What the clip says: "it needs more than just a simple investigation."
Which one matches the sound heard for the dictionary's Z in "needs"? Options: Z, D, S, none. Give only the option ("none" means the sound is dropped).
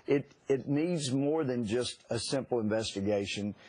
Z